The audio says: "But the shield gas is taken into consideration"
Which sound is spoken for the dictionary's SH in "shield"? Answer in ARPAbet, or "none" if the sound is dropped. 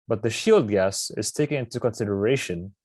SH